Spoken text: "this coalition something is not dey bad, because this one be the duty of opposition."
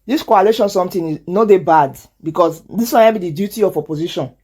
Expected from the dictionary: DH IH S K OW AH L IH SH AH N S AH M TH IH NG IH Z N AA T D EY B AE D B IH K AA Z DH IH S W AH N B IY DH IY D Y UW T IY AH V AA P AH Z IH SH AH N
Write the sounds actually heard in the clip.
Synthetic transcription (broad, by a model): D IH S K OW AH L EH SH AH N S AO M T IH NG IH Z N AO D EY B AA D B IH K AA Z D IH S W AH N B IY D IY D Y UW T IY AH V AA P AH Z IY SH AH N